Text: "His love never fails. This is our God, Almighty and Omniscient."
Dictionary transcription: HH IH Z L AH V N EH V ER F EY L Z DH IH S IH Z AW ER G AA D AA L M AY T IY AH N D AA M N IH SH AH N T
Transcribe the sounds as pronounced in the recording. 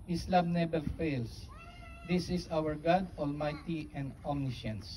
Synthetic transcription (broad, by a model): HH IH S L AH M N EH B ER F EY L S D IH S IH S AW ER G AA D AA L M AY T IY AH N D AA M N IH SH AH N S